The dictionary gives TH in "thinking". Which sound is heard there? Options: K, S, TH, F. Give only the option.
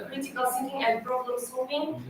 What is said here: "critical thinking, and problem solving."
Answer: S